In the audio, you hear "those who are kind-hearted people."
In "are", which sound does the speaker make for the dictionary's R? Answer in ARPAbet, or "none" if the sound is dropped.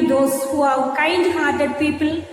W